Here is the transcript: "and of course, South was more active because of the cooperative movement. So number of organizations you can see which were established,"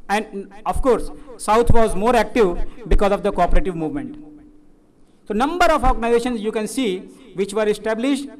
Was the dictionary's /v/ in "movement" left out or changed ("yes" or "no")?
no